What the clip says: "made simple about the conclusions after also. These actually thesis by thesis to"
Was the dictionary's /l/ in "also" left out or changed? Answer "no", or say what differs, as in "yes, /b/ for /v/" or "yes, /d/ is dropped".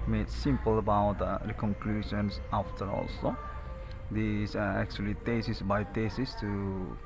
no